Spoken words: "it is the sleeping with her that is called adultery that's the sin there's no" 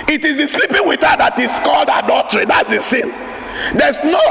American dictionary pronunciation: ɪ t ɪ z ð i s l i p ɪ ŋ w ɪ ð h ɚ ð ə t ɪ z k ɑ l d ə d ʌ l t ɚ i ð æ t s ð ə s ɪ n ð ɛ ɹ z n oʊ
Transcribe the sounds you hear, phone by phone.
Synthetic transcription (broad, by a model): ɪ t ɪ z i s l i p ɪ ŋ w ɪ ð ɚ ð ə t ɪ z k ɑ l d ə d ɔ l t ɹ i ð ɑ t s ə s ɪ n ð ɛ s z n oʊ